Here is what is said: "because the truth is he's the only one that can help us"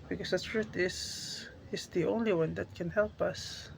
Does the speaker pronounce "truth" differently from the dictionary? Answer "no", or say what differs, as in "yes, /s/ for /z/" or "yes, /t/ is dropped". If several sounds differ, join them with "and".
yes, /t/ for /θ/